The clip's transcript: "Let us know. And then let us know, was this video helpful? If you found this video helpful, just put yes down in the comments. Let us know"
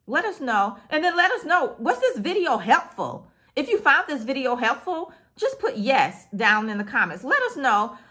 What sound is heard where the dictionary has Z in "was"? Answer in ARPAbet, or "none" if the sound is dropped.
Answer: S